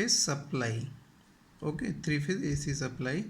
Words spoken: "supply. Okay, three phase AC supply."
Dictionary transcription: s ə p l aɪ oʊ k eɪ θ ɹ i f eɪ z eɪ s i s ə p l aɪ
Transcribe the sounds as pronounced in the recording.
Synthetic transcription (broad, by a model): s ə p l aɪ oʊ k eɪ t ɹ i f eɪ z eɪ s i s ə p l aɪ